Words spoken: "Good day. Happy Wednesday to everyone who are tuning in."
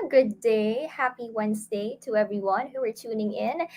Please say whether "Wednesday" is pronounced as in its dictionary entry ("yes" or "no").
no